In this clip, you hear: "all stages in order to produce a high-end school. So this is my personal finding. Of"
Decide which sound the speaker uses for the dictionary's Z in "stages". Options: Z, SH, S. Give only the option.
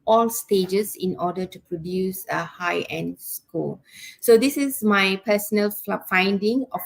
S